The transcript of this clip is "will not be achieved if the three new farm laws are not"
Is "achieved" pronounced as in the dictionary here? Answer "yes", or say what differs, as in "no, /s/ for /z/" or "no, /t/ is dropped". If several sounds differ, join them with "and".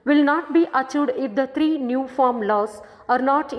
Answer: no, /v/ is dropped